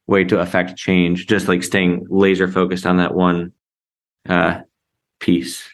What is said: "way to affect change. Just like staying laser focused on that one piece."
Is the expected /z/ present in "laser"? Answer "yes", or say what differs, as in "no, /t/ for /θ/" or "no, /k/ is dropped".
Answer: yes